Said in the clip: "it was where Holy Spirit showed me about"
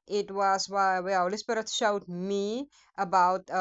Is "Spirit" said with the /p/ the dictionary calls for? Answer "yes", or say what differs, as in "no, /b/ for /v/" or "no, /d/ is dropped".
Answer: no, /b/ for /p/